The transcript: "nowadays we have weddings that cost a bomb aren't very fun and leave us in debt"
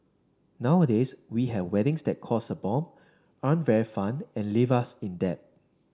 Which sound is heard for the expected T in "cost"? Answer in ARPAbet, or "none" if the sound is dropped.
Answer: none